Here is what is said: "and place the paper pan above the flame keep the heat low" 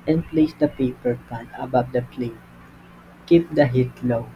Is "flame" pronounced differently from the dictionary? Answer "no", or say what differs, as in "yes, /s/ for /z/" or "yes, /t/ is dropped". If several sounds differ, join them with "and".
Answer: yes, /p/ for /f/